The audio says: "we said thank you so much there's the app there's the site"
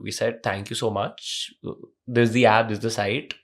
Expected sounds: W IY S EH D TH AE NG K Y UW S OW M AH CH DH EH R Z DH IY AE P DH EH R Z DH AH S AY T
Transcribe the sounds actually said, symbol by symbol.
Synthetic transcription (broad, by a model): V IY S EH D T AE NG K Y UW S OW M AH CH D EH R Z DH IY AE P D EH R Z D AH S AY T